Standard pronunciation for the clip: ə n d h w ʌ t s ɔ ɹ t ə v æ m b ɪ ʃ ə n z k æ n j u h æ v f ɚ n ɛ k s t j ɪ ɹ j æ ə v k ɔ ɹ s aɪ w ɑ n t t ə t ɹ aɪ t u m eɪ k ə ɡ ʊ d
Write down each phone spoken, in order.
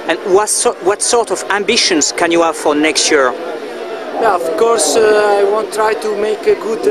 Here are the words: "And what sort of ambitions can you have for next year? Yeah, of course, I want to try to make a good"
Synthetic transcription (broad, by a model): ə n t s w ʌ t s ɔ ɹ t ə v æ m b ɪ ʃ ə n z k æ n j u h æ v f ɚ n ɛ k s t j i ɹ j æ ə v k ɔ ɹ s aɪ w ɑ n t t t ɹ aɪ t u m eɪ k ə ɡ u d